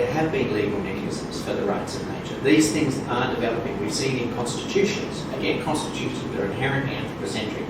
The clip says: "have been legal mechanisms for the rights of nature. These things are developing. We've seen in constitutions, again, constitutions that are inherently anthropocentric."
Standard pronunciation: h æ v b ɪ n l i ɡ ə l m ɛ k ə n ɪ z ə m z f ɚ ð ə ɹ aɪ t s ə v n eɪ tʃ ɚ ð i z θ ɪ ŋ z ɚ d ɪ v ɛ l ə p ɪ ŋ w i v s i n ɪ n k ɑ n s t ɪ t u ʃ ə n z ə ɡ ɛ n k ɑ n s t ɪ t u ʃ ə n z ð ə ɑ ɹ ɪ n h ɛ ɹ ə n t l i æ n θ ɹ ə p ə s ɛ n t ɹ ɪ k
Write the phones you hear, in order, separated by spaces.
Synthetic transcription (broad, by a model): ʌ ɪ v b ɪ n l i ɡ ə l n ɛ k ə ɪ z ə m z f ɚ ð ə ɹ aɪ t s ə v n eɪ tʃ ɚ ð i z θ ɪ ŋ z ɚ d ɪ v ɛ l ə p ɪ ŋ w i s i ɪ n k ɑ n s t ɪ t u ʃ ə n z ə ɡ ɛ n k ɑ n s t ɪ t u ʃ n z ð ə ɹ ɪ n h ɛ ɹ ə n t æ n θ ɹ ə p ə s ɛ n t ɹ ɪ